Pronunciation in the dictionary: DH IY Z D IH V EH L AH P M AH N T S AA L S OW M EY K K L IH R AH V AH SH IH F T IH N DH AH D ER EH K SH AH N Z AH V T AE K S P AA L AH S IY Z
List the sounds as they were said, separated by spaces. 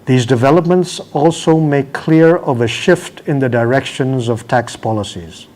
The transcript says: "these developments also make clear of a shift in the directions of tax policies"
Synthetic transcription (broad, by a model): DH IY Z D IH V EH L AH P M AH N T S AA L S OW M EY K K L IH R AH V AH SH IH F T IH N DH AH D ER EH K SH AH N Z AH V T AE K S P AA L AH S IY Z